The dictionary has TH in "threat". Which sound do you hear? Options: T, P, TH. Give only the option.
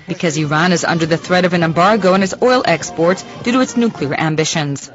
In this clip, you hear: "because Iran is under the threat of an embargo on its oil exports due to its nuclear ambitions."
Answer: TH